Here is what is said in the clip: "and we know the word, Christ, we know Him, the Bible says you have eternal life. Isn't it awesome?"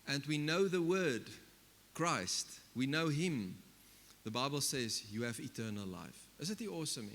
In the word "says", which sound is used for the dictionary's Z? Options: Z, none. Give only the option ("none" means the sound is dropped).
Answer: Z